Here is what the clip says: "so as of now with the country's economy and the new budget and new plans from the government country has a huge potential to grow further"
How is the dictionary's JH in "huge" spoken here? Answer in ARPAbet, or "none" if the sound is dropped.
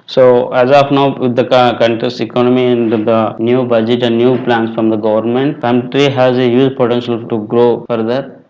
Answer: Z